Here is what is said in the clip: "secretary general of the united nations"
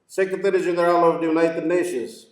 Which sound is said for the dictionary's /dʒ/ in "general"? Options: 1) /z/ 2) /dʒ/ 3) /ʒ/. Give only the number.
1